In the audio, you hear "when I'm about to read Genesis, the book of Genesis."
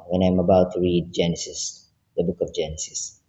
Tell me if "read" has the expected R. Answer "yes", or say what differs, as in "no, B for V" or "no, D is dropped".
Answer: yes